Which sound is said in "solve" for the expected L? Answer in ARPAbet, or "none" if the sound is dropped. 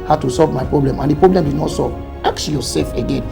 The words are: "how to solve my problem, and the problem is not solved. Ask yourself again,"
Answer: L